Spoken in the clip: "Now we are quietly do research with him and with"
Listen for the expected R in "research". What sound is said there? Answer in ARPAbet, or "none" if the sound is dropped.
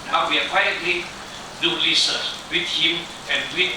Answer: L